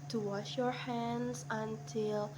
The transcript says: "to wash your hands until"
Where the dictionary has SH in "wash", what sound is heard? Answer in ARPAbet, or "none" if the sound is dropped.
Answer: SH